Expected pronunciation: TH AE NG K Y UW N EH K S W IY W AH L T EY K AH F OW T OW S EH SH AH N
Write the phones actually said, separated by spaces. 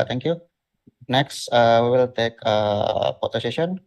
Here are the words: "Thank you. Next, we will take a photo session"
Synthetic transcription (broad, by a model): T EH NG K Y UW N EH K S W IY W AH L T EY K AH P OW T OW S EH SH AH N